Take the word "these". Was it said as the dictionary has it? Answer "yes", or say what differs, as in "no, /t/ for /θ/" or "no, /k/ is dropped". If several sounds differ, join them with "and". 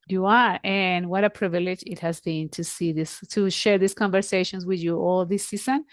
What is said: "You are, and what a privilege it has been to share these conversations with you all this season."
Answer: no, /s/ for /z/